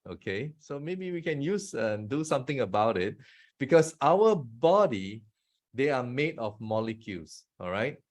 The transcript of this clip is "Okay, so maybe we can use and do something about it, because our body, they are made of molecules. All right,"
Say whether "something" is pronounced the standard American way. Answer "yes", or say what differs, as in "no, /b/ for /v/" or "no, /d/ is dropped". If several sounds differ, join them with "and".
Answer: no, /t/ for /θ/